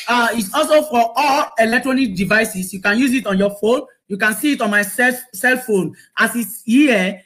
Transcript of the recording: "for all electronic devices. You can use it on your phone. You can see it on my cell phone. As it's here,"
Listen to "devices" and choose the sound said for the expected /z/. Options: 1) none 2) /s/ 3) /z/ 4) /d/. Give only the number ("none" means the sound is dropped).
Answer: 2